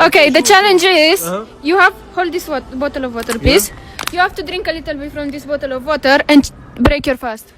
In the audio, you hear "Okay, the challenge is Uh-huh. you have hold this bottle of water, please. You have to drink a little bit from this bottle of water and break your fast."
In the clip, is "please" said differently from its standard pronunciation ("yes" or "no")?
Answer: yes